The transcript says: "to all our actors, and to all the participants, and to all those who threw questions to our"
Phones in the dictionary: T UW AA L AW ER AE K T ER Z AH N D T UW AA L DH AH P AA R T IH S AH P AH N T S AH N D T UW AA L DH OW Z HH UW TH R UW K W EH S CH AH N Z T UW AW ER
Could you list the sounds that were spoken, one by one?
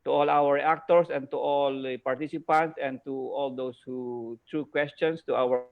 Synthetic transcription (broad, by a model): T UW AA L AW ER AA K T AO S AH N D T UW AA L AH P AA R T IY S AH P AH N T S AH N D T UW AA L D OW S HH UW T R UW K W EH S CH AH N S T UW AW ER